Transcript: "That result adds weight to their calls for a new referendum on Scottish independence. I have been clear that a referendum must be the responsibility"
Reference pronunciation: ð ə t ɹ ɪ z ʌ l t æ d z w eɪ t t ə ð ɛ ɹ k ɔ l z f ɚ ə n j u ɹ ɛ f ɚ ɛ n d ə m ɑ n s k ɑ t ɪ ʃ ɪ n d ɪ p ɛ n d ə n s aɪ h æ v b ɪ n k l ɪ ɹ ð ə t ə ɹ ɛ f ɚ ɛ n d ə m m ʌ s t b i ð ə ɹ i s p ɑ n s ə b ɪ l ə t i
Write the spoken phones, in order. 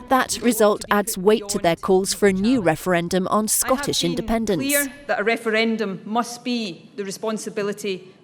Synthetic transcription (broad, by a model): ð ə t ɹ ɪ z ʌ l t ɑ d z w eɪ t t ə ð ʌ ɹ k ɔ l z f ɚ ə n j u ɹ ɛ f ɚ ɛ n d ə m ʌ n s k ɑ t ɪ ʃ ɪ n d ɪ p ɛ n d ə n s ð ə t ə ɹ ɛ f ɚ ɛ n d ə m m ʌ s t b i ð ə ɹ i s p ɑ n s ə b ɪ l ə t i